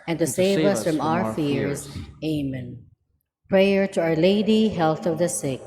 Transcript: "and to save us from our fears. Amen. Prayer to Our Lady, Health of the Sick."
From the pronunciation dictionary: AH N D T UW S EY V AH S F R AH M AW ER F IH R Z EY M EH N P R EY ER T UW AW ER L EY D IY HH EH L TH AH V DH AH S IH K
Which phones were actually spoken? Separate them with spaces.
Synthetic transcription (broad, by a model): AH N T UW S EY V AH S F R AH M AW ER F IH R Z EY M EH N P R EY ER T UW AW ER L EY D IY HH EH L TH AH V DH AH S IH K